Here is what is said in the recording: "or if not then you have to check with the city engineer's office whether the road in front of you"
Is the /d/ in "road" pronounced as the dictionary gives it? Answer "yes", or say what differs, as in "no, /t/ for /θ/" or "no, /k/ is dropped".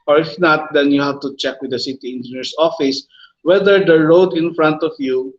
yes